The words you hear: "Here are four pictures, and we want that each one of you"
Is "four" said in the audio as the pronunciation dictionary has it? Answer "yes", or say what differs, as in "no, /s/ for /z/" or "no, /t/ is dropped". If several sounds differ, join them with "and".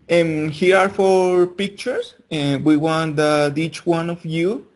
yes